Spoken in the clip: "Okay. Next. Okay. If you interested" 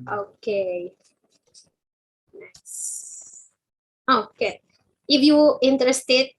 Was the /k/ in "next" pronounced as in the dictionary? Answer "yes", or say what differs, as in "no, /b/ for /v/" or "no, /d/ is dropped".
no, /k/ is dropped